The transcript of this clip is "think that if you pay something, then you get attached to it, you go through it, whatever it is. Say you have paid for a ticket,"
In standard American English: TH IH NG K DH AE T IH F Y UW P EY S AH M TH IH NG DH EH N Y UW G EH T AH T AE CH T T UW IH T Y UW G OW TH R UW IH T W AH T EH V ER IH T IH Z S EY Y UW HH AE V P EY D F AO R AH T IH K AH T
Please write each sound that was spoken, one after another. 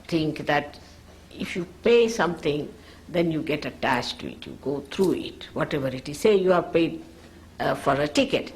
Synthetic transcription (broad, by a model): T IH NG K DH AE T IH F Y UW P EY S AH M T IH NG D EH N Y UW G EH T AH T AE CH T T UW IH T Y UW G OW T R UW IH T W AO T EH V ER IH T IH Z S EY Y UW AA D P EY D F AO R AH T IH K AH T